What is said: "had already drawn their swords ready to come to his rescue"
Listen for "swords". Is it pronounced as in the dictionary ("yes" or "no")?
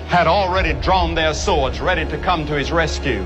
yes